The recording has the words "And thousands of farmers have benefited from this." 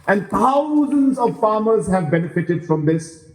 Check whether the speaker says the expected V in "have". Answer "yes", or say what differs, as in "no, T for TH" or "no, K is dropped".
yes